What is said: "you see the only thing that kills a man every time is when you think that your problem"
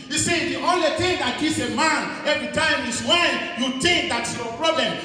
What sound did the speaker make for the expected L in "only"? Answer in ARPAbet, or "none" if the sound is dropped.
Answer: L